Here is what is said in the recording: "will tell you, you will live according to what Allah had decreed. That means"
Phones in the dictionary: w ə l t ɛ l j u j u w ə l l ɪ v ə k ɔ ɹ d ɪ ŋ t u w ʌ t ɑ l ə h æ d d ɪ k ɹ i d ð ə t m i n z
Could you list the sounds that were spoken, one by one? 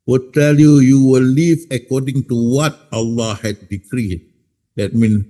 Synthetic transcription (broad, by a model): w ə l t ɛ l j u j u w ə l l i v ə k ɔ d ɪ ŋ t u w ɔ t ɑ l ə h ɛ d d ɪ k ɹ i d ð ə t m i n